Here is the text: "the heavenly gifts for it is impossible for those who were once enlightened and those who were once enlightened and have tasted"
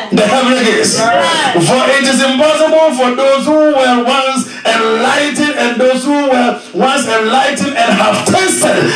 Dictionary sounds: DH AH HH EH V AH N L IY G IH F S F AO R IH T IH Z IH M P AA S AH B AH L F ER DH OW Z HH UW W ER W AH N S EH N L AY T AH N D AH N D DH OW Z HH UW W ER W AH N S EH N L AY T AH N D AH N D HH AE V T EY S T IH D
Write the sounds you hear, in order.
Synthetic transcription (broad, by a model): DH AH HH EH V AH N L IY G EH S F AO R IH T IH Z IH M P AA S AH B AH L F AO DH OW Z HH UW W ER W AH N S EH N L AY T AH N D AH N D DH OW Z HH UW W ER W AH N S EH N L AY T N AH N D HH AE V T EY S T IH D